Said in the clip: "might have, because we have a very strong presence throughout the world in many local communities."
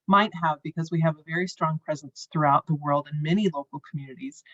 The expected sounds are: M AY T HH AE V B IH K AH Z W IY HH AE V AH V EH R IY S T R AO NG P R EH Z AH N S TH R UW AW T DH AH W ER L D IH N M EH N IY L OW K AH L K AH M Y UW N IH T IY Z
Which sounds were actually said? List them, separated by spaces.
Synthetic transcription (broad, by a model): M AY T HH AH V B IH K AH Z W IY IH V AH V EH R IY S T R AO NG P R EH Z AH N S TH R UW AW T DH AH W ER L D IH N M EH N IY L OW K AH L K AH M Y UW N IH T IY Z